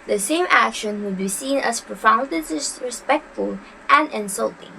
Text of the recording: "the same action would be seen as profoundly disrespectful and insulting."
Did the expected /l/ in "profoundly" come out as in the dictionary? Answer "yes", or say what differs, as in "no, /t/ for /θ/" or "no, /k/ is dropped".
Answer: no, /l/ is dropped